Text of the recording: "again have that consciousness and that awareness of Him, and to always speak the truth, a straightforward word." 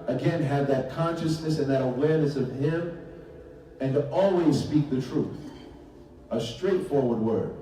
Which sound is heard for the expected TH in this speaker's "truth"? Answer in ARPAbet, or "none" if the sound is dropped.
TH